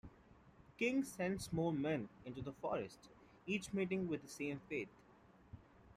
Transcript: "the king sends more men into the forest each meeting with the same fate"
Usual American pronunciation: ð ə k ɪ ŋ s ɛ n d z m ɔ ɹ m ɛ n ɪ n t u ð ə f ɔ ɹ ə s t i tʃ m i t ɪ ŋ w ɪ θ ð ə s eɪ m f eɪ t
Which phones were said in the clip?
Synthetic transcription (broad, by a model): k ɪ ŋ s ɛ n d s m ɔ l m ɛ n ɪ n t u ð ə f ɔ ɹ ə s t i tʃ m i t ɪ ŋ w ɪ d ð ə s eɪ m f eɪ t